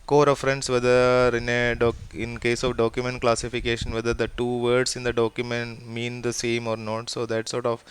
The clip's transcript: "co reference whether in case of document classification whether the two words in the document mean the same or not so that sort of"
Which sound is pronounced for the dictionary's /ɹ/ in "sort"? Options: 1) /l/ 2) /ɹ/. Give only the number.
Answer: 2